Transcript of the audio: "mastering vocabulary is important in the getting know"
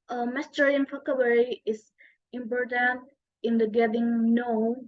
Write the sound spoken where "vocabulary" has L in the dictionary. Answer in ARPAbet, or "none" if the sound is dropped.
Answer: W